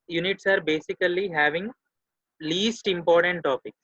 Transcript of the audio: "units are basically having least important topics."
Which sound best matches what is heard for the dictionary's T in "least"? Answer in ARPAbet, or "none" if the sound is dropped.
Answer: T